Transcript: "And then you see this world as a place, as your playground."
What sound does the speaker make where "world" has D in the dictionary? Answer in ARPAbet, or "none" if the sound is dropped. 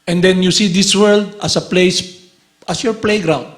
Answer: D